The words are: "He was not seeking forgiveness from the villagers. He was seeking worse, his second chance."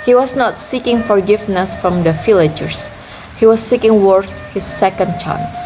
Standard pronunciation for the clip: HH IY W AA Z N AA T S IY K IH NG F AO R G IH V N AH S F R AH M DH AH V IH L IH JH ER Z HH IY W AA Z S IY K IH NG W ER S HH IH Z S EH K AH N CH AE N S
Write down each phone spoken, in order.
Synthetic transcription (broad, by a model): HH IY W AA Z N AA T S IY K IH NG F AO R G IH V N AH S F R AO M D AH F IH L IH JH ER S HH IY W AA S IY K IH NG W ER S HH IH S EH K AH N CH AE N S